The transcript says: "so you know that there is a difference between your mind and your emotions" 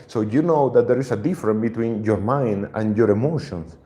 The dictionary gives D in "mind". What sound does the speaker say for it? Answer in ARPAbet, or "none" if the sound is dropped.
D